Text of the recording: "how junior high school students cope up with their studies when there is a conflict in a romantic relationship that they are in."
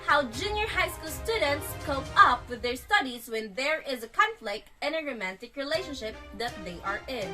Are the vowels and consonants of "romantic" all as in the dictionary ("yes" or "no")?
yes